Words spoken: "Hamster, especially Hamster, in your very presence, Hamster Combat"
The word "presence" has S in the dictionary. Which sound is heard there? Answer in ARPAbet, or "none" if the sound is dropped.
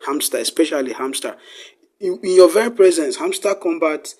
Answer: S